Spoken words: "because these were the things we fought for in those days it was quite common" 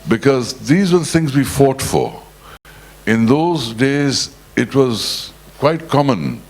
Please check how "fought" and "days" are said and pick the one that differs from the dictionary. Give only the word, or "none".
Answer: none